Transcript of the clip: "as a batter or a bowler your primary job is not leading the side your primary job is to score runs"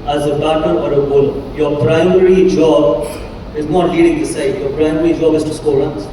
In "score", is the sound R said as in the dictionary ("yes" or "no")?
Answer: no